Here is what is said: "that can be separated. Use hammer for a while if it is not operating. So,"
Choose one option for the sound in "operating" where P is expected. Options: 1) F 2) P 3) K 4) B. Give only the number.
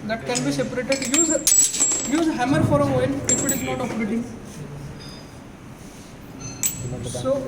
1